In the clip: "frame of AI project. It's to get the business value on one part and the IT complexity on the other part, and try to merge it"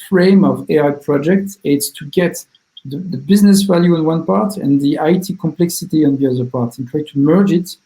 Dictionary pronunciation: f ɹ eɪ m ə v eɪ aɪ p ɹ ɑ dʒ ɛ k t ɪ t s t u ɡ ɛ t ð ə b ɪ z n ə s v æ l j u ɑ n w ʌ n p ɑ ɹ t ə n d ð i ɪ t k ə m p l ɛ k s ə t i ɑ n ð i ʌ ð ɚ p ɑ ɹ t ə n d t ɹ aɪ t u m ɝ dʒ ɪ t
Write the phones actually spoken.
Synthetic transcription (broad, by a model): f ɹ eɪ m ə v eɪ aɪ p ɹ ɑ dʒ ɛ k t ɪ t s t u ɡ ɛ t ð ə b ɪ z n ə s v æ l j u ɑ n w ʌ n p ɑ ɹ t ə n ð i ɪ t k ə m p l ɛ k s ə t i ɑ n ð i ʌ ð ɚ p ɑ ɹ t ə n t ɹ aɪ t u m ɝ dʒ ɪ t